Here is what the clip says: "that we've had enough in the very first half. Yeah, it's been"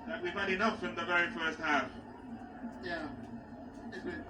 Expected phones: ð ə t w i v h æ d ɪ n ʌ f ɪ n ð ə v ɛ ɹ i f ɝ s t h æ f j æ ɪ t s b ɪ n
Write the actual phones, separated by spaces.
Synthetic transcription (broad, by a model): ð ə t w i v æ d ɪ n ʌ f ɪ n ð ə v ɛ ɹ i f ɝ s t h æ f j æ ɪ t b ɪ